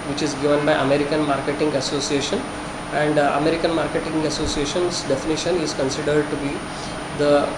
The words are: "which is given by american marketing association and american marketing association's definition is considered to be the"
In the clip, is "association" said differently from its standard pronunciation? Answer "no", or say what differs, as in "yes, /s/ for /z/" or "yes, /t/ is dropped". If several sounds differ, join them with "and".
no